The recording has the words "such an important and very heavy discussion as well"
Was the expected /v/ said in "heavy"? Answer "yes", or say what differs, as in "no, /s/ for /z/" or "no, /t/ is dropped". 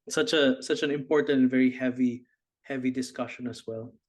yes